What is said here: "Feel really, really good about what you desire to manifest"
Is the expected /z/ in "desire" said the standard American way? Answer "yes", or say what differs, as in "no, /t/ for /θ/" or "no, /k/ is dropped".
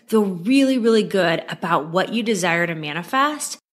yes